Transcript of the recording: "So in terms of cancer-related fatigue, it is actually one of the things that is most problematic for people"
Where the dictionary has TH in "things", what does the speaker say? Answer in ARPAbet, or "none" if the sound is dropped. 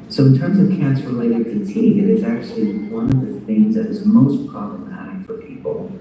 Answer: TH